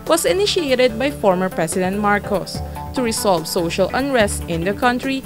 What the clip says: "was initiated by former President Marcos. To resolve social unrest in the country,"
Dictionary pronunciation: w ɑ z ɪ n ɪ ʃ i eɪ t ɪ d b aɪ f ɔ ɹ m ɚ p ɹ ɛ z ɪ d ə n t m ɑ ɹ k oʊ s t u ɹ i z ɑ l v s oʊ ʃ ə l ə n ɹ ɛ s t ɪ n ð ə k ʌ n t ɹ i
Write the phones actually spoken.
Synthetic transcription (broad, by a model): w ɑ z ɪ n ɪ ʃ i eɪ t ɪ d b aɪ f ɔ ɹ m ɚ p ɹ ɛ s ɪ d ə n t m ɑ ɹ k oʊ s t u ɹ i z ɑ l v s oʊ ʃ ə l ə n ɹ ɛ s t ɪ n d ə k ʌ n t ɹ i